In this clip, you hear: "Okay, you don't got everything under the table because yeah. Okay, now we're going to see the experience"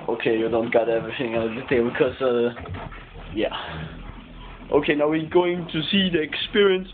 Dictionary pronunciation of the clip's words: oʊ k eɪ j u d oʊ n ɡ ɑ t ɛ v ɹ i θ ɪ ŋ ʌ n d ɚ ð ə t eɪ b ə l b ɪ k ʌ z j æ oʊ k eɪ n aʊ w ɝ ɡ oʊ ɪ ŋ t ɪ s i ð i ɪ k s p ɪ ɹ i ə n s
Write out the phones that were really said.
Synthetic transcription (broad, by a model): oʊ k eɪ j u d oʊ n ɡ ɑ t ɛ v ɹ i θ ɪ ŋ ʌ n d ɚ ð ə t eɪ ə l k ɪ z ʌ j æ oʊ k eɪ n aʊ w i ɡ oʊ ɪ ŋ t ɪ s i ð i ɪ k s p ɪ ɹ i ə n s